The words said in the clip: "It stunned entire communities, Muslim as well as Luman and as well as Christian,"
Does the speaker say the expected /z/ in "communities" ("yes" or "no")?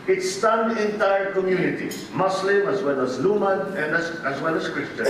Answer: no